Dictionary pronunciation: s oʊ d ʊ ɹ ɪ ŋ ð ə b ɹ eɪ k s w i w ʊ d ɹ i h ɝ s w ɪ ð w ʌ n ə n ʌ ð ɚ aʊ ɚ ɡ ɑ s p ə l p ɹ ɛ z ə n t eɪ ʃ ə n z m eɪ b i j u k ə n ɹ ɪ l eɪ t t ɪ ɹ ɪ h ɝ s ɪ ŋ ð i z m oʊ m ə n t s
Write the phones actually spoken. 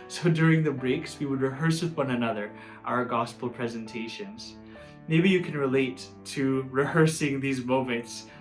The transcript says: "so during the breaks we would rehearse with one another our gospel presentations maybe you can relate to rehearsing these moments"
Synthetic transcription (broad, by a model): s oʊ d ʊ ɹ ɪ ŋ ð ə b ɹ eɪ k s w i w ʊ d ɹ i h ɝ s w ɪ ð w ʌ n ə n ʌ ð ɚ aʊ ɚ ɡ ɑ s p l p ɹ ɛ z ə n t eɪ ʃ ə n z m eɪ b i j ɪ k n ɹ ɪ l eɪ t t ɪ ɹ ɪ h ɝ s ɪ ŋ ð i z m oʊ m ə n t s